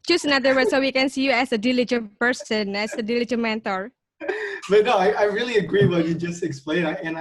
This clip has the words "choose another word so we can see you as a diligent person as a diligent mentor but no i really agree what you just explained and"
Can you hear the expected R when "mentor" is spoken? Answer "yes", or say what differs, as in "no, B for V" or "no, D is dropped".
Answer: yes